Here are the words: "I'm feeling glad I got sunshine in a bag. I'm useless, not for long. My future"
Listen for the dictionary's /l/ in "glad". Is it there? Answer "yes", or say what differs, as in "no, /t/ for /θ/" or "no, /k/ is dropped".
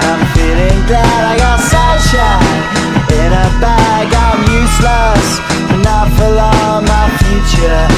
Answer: yes